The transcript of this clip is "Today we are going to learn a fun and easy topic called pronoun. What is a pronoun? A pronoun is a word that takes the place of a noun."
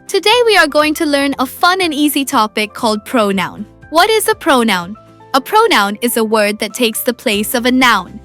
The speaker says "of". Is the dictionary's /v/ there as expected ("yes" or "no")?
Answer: yes